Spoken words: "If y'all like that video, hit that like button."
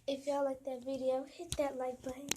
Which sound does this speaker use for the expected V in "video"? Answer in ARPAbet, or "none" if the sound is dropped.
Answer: V